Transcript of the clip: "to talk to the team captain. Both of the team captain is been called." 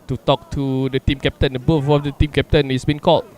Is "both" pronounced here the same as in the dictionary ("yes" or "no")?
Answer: no